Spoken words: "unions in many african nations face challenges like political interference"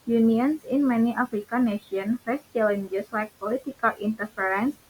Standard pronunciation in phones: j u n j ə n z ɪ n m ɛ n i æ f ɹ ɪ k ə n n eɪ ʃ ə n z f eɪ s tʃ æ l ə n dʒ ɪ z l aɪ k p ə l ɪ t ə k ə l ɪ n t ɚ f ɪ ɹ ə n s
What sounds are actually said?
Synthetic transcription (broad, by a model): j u n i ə n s ɪ n m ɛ n i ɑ f ɹ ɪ k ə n n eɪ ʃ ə n f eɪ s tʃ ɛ l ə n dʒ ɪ s l aɪ k p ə l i t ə k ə l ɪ n t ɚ f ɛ ɹ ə n s